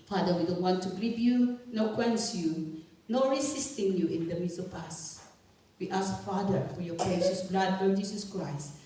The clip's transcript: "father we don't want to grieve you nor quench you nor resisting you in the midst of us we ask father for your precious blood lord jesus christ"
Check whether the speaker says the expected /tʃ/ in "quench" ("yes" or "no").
no